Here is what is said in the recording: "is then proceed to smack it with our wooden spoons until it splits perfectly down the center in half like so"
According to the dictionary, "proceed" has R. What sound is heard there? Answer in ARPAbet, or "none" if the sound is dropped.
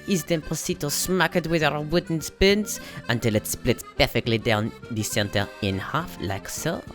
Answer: none